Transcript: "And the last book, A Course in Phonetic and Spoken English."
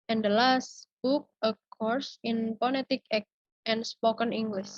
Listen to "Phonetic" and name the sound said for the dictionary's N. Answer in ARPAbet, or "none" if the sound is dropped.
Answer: L